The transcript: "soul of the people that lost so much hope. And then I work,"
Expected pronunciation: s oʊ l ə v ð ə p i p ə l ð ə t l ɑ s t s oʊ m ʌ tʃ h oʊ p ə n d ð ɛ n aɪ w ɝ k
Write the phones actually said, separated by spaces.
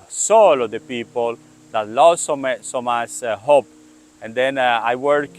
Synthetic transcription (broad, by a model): s oʊ l ə v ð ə p i p ə l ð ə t l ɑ s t s oʊ m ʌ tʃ h oʊ p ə n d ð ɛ n aɪ w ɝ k